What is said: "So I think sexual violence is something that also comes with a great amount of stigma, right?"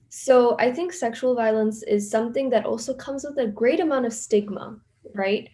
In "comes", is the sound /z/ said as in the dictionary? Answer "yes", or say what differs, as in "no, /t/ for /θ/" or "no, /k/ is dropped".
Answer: yes